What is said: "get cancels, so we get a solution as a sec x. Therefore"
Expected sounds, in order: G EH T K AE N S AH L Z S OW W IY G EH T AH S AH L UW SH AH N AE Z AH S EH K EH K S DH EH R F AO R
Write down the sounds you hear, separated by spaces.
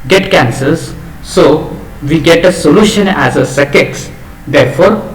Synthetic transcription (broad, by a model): G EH T K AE N S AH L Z S OW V IY G EH T AH S AH L UW SH AH N AE Z AH S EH K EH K S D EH R F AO R